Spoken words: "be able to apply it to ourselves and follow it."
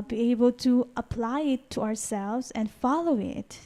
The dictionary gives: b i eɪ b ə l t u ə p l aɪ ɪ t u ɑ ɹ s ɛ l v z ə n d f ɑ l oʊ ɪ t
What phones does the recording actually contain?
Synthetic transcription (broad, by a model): b i eɪ b ə l t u ə p l aɪ ɪ t u ɑ ɹ s ɛ l v z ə n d f ɑ l oʊ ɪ t